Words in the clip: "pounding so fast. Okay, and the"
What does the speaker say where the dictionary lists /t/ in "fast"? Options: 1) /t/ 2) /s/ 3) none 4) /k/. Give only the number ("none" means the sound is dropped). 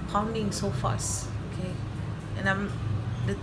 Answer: 3